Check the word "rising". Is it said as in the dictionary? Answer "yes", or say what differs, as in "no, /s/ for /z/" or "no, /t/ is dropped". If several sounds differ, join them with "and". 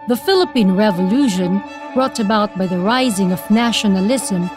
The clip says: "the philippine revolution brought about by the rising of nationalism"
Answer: yes